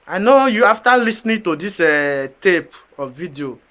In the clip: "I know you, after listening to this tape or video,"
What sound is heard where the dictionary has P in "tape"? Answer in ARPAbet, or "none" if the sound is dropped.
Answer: P